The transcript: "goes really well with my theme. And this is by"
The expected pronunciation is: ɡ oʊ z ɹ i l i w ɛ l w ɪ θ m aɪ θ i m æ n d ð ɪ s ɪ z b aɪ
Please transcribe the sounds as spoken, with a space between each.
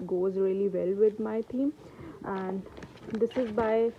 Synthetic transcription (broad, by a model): ɡ oʊ z ɹ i l i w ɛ l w ɪ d m aɪ t i m æ n d ɪ s ɪ z b aɪ